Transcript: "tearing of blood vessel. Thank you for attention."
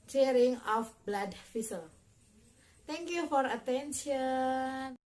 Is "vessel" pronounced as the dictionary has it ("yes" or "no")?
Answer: no